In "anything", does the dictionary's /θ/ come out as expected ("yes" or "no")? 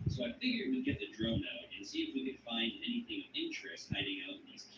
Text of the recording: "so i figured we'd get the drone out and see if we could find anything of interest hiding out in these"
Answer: yes